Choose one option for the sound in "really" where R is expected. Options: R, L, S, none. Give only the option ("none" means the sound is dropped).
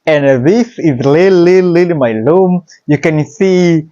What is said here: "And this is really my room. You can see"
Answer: L